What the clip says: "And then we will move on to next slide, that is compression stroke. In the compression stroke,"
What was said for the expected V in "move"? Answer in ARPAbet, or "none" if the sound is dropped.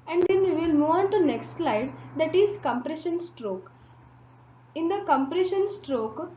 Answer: none